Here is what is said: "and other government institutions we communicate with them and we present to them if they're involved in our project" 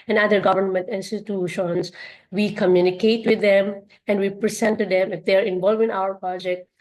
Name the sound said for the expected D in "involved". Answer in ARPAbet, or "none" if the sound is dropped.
none